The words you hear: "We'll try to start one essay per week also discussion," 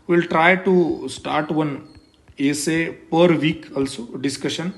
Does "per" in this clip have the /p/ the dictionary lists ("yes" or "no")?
yes